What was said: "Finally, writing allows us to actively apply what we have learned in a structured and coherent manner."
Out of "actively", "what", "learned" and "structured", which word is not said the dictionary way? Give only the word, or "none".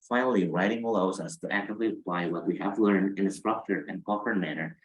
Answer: structured